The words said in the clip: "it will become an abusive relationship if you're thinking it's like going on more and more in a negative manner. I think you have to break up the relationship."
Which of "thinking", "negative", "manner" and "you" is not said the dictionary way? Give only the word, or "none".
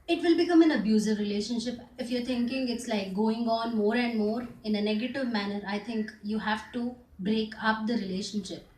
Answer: thinking